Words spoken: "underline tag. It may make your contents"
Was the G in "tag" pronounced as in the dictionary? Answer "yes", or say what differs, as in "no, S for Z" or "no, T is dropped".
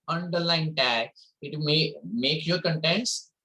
no, G is dropped